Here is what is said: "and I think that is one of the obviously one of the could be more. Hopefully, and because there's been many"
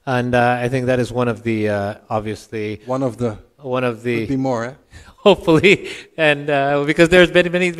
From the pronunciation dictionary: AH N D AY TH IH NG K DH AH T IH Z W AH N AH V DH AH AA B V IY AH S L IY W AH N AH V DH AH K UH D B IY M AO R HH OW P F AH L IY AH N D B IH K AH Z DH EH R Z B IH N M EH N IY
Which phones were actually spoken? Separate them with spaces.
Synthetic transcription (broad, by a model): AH N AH AY TH IH NG K DH AH T IH Z W AH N AH V DH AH AA B V IY AH S L IY W AH N AH V DH AH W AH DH B IY M AO R HH OW P F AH L IY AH N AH B IH K AH Z DH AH R Z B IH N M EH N IY